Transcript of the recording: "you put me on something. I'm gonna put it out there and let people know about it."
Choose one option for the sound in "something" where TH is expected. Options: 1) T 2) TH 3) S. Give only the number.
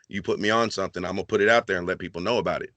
2